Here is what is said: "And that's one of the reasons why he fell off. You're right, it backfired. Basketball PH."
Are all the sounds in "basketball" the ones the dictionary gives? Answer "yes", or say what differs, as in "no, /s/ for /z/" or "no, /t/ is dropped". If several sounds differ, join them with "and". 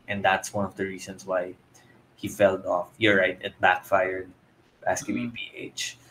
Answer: no, /b/ is dropped and /n/ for /l/